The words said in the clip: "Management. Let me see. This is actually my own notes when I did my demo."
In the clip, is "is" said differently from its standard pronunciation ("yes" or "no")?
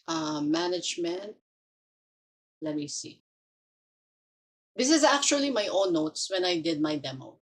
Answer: no